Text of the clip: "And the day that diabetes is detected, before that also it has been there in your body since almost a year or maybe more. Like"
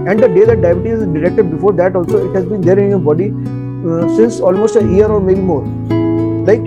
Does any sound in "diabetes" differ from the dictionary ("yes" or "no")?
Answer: yes